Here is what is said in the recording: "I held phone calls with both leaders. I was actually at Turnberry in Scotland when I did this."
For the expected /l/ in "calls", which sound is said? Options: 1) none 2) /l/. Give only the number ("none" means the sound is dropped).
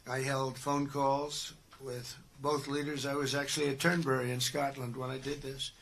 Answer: 2